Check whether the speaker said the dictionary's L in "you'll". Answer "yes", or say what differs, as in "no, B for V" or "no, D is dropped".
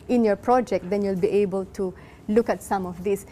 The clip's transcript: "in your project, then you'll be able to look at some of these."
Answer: yes